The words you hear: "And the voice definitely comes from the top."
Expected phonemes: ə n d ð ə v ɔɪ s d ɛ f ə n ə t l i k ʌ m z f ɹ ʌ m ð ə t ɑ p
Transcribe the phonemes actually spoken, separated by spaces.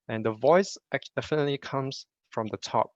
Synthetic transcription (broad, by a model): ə n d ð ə v ɔɪ s d ɛ f ə n ə t l i k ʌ m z f ɹ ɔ m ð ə t ɑ p